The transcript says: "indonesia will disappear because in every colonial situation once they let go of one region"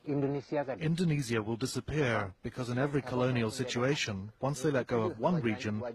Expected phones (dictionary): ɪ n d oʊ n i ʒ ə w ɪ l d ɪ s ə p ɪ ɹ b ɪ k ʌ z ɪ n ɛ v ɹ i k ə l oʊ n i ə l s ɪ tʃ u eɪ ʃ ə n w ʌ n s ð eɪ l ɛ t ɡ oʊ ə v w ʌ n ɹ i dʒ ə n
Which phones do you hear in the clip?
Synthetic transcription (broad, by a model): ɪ n d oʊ n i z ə w ɪ l d ɪ s ə p ɪ ɹ b ɪ k ʌ z ɪ n ɛ v ɹ i k ə l oʊ n i ə l s ɪ tʃ u eɪ ʃ ə n w ʌ n s ð eɪ l ɛ t ɡ oʊ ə p w ʌ n ɹ i dʒ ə n